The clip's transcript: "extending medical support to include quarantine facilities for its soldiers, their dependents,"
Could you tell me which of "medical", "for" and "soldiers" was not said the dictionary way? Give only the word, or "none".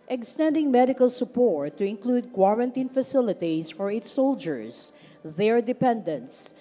soldiers